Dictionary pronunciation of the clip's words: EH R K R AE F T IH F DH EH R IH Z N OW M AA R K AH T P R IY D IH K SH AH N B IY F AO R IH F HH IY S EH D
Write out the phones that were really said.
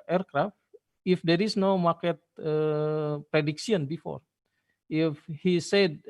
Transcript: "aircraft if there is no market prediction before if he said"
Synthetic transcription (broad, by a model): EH R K R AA F T IH F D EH R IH S N OW M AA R K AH T P R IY D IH K S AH N B IY F AO R IH F HH IY S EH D